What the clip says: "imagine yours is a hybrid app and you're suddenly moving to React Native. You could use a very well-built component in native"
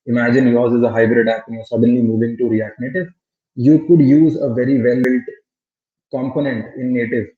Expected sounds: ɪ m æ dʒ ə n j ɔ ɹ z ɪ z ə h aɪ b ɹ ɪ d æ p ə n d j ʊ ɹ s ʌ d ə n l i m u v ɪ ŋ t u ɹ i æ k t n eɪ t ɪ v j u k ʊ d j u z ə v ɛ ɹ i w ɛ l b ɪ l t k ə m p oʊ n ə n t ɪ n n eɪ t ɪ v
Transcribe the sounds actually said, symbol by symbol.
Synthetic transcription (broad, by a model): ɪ m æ dʒ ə n j ɔ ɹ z ɪ z ə h aɪ b ɹ ɪ d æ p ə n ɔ s ʌ d ə n l i m u v ɪ ŋ t u ɹ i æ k n eɪ t ɪ v j u k ʊ d j u z ə v ɛ ɹ i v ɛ l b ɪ l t k ə m p oʊ n ə n t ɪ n n eɪ t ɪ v